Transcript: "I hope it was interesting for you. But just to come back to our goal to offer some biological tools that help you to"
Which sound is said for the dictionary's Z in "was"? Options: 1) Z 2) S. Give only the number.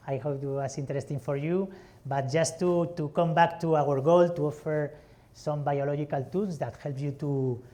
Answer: 2